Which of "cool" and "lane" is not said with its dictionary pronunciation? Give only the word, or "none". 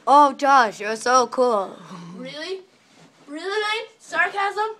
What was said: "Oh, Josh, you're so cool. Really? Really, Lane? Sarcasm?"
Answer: lane